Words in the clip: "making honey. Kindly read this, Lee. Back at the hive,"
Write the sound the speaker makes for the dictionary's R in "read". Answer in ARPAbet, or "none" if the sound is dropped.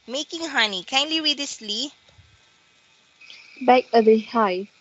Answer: W